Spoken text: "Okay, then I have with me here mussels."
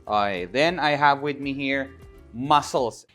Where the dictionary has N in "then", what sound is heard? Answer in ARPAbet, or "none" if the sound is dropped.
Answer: N